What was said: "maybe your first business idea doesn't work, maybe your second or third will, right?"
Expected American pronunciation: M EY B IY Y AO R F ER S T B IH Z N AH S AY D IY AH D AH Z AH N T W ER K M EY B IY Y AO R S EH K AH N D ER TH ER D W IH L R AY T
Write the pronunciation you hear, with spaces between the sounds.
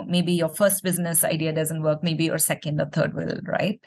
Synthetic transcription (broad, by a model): M EY B IY Y AO R F ER S T B IH Z N AH S AY D IY AH D AH Z AH N T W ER K M EY B IY Y AO R S EH K AH N D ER T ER D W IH L R AY T